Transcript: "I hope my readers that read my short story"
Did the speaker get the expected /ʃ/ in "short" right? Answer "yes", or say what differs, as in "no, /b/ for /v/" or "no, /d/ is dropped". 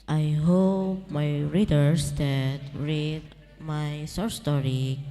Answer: no, /s/ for /ʃ/